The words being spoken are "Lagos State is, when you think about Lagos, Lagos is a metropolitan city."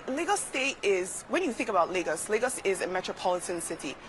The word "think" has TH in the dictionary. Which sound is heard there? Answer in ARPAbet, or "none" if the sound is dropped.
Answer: TH